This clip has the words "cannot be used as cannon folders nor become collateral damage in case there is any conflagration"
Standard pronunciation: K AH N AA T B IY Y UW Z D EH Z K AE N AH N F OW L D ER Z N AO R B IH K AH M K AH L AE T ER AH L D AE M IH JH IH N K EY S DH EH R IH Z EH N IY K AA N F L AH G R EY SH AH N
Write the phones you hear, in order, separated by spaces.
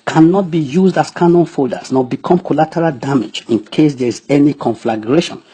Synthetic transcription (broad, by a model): K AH N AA T B IY Y UW Z D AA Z K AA N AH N F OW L D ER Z N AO B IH K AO M K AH L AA T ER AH L D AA M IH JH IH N K EY S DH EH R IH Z EH N IY K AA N F L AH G R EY SH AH N